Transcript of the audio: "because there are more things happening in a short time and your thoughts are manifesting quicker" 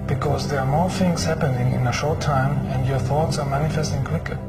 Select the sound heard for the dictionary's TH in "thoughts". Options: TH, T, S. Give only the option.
TH